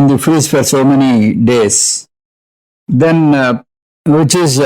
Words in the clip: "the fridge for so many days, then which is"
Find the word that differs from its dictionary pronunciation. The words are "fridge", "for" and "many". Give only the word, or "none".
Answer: fridge